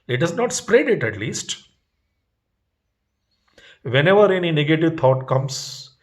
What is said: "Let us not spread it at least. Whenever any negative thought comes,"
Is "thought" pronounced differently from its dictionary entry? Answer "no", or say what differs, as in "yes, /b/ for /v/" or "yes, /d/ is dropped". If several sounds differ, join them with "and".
yes, /t/ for /θ/